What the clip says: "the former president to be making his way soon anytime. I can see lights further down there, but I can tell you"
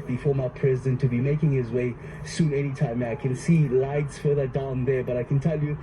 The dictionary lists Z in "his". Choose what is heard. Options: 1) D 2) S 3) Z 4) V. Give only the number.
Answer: 3